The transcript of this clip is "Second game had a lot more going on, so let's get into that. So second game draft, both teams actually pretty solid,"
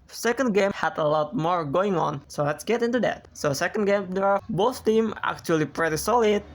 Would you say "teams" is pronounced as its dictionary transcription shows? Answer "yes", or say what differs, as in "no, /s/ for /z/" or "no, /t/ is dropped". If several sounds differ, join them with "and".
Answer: no, /z/ is dropped